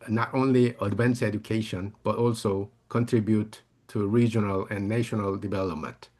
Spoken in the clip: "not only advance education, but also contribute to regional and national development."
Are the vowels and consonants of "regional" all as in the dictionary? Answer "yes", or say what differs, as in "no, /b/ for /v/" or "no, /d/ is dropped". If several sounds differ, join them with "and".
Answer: yes